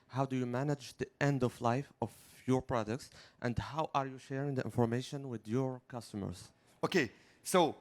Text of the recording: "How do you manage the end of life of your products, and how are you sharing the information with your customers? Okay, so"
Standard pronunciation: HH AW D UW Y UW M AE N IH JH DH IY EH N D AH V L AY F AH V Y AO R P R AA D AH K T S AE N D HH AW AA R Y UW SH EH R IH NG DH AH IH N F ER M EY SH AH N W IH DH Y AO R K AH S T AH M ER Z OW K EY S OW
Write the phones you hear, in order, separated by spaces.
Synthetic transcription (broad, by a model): HH AW D UW Y UW M AE N IH JH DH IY EH N D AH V L AY F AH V Y AO R P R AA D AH K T S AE N D HH AW AA R Y UW SH EH R IH NG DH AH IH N F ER M EY SH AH N W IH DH Y AO R K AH S T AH M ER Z OW K EY S OW